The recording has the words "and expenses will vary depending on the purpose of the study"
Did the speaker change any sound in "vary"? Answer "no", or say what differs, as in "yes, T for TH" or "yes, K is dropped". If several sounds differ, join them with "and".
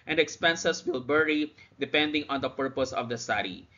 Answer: yes, B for V